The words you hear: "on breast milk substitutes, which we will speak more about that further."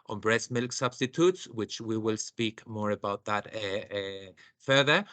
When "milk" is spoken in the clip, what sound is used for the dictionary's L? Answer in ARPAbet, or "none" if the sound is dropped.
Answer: L